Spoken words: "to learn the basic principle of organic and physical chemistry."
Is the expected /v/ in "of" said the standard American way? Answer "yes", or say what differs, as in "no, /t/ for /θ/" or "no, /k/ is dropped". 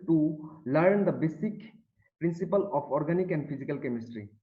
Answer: no, /p/ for /v/